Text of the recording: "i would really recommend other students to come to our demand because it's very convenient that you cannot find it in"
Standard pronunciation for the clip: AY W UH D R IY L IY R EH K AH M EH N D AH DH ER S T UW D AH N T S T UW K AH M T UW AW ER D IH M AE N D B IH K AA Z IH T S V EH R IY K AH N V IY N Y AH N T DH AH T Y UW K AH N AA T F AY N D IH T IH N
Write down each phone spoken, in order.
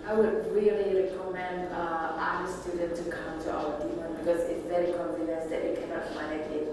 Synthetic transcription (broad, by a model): AY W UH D R IY L IY R EH K AH M EH N D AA ER S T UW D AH N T T UW K AH M T UW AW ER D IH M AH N B IH K AA Z IH T S V EH R IY K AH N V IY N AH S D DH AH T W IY K AH N AA T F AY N IH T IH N